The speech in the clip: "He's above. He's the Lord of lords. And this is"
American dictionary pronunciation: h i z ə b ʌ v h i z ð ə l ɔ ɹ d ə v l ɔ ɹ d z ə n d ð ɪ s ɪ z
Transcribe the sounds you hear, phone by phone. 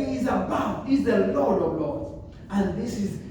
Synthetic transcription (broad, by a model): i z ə b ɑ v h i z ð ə l ɔ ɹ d ə v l ɔ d ə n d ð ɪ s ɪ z